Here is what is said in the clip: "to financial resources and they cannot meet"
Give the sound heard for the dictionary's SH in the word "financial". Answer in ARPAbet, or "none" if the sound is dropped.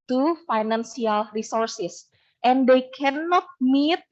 S